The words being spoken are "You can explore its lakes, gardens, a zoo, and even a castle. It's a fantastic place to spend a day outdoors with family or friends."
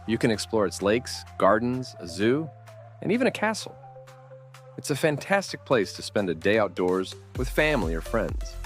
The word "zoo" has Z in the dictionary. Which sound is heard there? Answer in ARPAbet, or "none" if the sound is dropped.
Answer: Z